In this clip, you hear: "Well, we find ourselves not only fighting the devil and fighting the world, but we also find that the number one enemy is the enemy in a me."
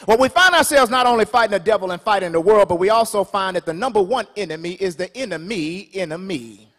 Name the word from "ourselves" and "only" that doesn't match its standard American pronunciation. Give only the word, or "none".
none